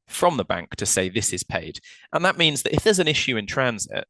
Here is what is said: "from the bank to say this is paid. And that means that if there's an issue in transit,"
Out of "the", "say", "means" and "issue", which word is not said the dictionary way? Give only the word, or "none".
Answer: none